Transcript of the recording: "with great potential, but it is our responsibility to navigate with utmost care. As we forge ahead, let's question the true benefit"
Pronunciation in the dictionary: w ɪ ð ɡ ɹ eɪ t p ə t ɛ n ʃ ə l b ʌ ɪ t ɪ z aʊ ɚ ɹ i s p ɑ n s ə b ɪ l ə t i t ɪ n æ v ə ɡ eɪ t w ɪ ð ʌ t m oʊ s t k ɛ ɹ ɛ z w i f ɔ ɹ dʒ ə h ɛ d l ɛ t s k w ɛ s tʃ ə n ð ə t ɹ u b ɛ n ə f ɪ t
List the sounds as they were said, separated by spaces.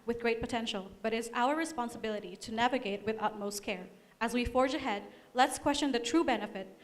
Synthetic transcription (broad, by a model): w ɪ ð ɡ ɹ eɪ t p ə t ɛ n ʃ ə l b ʌ t ɪ z aʊ ɚ ɹ i s p ɑ n s ə b ɪ l ə t i t ɪ n æ v ə ɡ eɪ t w ɪ ð ʌ t m oʊ s t k ɛ ɹ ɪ z w i f ɔ ɹ dʒ ə h ɛ d l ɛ t s k w ɛ s tʃ ə n ð ə t ɹ u b ɛ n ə f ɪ t